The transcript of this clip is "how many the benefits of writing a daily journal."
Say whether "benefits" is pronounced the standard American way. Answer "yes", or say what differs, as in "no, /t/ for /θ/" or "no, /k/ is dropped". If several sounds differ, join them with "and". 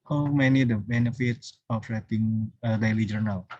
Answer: yes